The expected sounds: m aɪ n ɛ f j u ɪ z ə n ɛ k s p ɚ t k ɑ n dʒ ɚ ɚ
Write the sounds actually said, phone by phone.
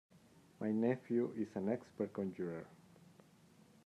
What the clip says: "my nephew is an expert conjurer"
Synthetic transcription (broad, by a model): m aɪ n ɛ f j u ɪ s ə n ɛ k s p ɚ t k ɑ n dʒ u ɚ